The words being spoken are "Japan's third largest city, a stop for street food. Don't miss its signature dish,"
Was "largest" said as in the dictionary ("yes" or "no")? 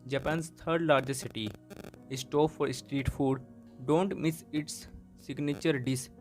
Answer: no